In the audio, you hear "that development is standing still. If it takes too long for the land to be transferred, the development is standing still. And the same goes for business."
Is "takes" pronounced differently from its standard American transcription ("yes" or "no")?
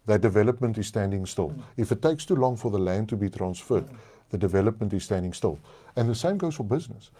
no